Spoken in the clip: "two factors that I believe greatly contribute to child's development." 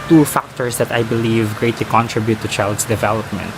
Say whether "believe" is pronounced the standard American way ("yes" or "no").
yes